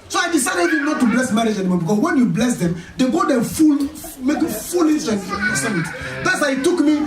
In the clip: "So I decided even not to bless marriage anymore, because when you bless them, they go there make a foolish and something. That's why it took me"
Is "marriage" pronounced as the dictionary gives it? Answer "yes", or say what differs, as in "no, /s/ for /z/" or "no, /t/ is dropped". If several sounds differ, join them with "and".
yes